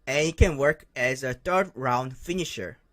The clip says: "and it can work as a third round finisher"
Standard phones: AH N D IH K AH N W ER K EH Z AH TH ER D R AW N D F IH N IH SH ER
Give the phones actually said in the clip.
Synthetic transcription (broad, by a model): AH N IH K AH N W ER K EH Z AH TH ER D R AW N D F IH N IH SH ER